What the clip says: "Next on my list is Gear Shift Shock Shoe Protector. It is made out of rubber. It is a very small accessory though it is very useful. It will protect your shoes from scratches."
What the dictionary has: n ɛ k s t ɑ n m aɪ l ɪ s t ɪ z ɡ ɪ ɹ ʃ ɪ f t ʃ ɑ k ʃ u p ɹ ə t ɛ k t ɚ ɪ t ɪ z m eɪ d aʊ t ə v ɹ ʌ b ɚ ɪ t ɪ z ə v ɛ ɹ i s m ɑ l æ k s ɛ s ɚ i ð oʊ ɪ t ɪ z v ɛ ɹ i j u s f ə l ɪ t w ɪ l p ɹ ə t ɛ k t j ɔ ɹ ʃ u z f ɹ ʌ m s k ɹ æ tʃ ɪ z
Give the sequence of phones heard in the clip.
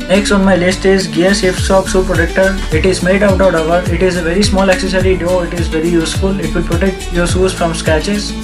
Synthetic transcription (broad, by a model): n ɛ k s t ɑ n m aɪ l ɪ s t ɪ z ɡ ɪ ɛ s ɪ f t s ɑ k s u p ɹ ə t ɛ k t ɚ ɪ t ɪ z m eɪ d aʊ t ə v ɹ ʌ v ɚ ɪ t ɪ z ə v ɛ ɹ i s m ɑ l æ k s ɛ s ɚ i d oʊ ɪ t ɪ z v ɛ ɹ i j u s f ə l ɪ t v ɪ l p ɹ ə t ɛ k t j ɔ ɹ s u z f ɹ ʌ m s k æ tʃ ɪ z